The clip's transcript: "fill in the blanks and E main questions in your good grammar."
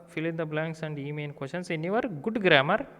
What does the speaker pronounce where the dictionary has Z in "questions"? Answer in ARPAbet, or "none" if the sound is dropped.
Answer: S